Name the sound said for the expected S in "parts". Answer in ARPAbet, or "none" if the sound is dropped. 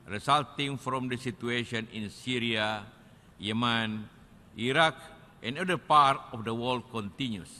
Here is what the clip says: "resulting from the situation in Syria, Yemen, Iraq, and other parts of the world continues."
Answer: none